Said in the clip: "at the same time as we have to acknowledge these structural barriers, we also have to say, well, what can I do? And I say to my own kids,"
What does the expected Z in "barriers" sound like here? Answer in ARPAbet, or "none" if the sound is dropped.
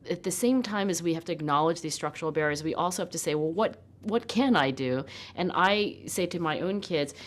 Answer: Z